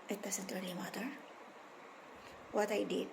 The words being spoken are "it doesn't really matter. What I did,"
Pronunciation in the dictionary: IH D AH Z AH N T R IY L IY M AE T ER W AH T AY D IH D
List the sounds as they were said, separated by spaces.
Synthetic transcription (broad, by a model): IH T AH S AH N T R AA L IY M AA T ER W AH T AY D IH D